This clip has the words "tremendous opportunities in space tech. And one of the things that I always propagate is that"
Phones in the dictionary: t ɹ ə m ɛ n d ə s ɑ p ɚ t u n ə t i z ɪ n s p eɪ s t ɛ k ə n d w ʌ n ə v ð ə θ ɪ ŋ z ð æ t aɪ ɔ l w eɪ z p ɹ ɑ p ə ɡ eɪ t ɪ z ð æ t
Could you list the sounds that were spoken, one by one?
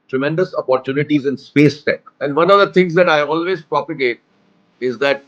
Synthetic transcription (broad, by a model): t ɹ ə m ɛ n d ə s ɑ p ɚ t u n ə t i z ɪ n s p eɪ s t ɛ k ə n d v ʌ n ə v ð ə t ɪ ŋ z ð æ t aɪ ɔ l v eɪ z p ɹ ɑ p ə ɡ eɪ t ɪ z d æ t